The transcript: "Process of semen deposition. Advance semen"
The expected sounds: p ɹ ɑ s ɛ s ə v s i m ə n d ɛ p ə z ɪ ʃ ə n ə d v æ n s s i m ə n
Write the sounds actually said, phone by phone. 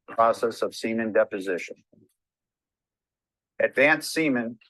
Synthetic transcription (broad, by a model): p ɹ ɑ s ɛ s ə v s i m ə n d ɛ p ə z ɪ ʃ ə n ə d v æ n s s i m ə n